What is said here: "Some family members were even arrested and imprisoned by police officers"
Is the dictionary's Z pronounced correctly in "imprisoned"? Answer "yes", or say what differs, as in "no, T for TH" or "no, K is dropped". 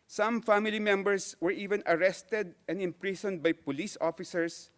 no, S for Z